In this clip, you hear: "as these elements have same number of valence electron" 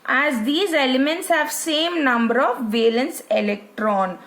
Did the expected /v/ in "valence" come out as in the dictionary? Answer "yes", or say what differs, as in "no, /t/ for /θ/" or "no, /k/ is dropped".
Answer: yes